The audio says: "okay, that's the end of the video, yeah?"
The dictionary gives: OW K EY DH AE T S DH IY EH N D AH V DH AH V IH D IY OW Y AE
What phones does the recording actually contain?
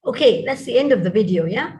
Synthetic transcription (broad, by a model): OW K EY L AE T S DH IY EH N D AH V DH AH V IH D IY OW Y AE